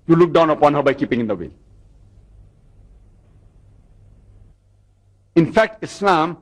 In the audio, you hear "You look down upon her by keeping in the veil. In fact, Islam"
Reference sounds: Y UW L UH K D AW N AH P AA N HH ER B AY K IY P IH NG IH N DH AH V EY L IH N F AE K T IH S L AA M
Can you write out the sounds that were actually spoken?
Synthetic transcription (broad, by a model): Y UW L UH K D AW N AH P AA N HH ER B AY K IY P IH NG IH N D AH W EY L IH N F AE K T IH S L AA M